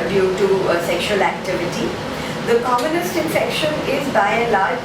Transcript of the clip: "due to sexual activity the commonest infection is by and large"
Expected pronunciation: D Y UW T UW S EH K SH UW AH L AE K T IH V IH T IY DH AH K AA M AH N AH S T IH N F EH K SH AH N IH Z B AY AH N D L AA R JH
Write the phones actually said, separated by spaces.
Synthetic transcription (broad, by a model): D Y UW T UW S EH K SH UW AH L AE K T IH V IH T IY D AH K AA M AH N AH S T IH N F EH K SH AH N IH Z B AY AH L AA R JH